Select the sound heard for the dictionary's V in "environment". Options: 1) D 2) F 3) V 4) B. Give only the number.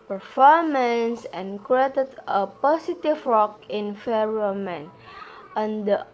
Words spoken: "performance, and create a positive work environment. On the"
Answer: 2